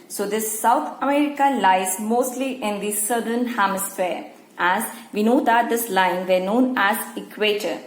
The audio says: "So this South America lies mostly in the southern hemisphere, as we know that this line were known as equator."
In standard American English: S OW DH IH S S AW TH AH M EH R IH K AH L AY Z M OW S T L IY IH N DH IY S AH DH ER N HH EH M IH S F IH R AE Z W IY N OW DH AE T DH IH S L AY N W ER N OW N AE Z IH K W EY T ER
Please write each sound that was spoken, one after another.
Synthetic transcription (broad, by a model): S OW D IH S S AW T AH M EH R IH K AH L AY Z M OW S T L IY IH N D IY S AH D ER N HH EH M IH S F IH R AE Z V IY N OW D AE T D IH S L AY N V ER N OW N AE Z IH K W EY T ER